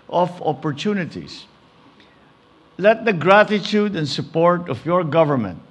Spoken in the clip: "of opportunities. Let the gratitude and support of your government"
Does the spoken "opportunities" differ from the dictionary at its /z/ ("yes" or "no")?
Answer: yes